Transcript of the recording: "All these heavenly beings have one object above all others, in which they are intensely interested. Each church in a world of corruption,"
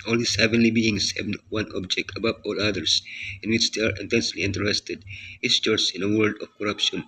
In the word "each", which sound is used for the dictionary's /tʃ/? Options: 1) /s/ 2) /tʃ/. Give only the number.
1